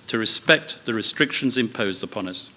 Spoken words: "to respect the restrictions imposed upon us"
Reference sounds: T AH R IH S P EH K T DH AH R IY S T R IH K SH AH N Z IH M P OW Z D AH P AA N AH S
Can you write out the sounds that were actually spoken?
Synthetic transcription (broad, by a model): T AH R IH S P EH K T DH AH R IY S T R IH K SH AH N Z IH M P OW Z D AH P AA N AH S